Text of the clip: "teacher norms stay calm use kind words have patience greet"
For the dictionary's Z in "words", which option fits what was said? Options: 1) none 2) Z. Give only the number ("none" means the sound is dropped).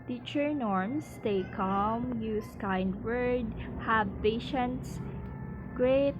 1